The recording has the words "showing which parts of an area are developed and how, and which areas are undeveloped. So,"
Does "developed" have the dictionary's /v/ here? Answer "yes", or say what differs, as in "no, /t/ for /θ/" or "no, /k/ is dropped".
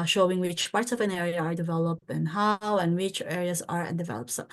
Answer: yes